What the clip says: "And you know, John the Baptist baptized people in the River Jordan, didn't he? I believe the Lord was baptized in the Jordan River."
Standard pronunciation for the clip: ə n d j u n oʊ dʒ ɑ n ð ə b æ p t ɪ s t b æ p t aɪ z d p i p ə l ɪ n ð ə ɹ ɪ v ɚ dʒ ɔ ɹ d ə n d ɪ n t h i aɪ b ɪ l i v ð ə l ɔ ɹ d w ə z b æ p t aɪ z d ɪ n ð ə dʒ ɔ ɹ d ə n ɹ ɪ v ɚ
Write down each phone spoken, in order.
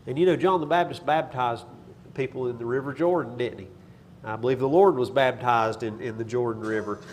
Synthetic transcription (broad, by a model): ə n j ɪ n oʊ dʒ ɑ n ð ə b æ b t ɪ s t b æ b t aɪ z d p i p l ɪ n ð ə ɹ ɪ v ɚ dʒ ɔ ɹ d n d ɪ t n i aɪ b ɪ l i v ð ə l ɔ ɹ d w ə z b æ b t aɪ z d ɪ n ð ə dʒ ɔ ɹ d n ɹ ɪ v ɚ